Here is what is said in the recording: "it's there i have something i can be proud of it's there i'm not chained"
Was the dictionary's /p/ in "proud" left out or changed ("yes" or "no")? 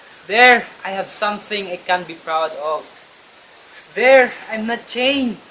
no